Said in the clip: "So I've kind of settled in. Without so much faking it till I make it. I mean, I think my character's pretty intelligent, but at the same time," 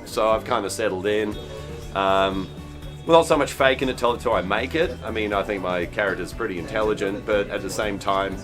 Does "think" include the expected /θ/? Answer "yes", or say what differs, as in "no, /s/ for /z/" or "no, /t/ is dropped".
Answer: yes